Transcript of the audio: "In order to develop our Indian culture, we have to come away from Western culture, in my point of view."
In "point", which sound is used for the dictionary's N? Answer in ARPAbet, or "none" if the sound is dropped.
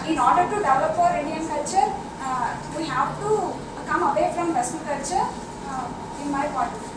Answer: none